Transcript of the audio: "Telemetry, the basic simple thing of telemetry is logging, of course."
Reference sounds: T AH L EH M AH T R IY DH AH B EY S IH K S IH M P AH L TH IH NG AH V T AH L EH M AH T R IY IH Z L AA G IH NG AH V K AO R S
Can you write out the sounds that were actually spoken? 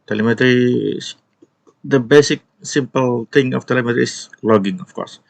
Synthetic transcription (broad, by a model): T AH L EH M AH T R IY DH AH B EY S IH K S IH M P AH L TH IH NG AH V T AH L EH M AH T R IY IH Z L AA G IH NG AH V K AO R S